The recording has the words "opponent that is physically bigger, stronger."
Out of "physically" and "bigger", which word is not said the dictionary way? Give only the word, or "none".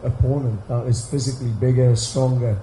none